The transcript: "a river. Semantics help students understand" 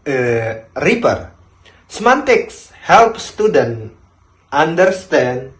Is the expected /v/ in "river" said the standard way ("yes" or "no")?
no